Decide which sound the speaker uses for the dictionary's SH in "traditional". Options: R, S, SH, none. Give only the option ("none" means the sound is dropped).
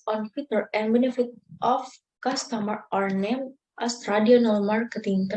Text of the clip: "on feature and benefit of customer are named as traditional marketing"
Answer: none